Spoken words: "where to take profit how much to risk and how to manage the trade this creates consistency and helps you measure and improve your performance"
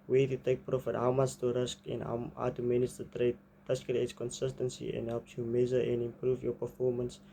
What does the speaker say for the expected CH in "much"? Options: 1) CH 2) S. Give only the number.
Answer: 2